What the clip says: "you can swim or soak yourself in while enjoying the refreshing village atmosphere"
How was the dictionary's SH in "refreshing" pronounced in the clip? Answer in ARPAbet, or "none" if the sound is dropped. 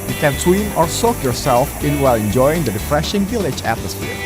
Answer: SH